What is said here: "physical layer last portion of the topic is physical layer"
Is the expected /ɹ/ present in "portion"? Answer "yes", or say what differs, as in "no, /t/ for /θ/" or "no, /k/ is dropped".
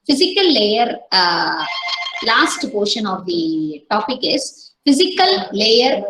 yes